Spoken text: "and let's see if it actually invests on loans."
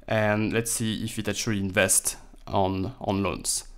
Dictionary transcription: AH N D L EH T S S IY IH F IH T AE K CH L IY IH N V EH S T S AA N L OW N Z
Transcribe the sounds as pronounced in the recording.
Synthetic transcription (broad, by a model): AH N L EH T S S IY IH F IH T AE CH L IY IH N V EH S T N AA N L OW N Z